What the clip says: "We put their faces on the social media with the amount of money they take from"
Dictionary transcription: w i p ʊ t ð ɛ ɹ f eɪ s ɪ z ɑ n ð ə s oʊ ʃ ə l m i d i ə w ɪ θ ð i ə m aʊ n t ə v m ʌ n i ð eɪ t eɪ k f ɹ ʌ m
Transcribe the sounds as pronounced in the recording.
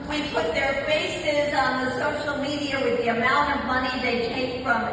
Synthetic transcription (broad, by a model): w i p ʊ t ð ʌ ɹ f eɪ s ɪ z n ð ə s oʊ ʃ l m i d i ə w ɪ ð i ə m aʊ n t ə v m ʌ n i ð eɪ t eɪ k f ɹ ʌ m